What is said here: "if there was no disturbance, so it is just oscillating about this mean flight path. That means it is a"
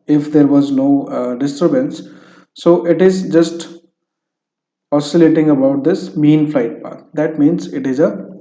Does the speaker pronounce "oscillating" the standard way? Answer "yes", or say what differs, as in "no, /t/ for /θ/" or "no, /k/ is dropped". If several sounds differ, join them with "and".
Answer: yes